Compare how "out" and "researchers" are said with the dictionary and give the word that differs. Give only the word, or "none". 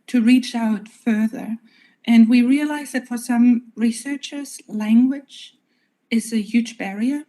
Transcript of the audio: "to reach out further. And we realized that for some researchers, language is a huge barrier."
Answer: none